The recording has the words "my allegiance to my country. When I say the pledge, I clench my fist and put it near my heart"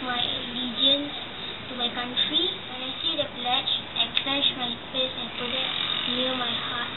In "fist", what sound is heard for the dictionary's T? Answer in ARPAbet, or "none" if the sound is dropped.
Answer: none